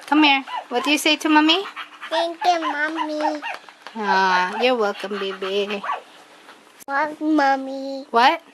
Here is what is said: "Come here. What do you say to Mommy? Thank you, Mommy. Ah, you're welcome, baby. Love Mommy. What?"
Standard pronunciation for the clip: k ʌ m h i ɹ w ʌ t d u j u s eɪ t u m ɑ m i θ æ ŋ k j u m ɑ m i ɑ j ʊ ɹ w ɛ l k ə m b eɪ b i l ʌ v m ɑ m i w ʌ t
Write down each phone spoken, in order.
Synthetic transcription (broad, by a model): k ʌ m h i ɹ w ʌ t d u j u s eɪ t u m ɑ m i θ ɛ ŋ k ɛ m ɑ m i ɑ j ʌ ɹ w ɛ l k ə m b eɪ b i w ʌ m ɑ m i w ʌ t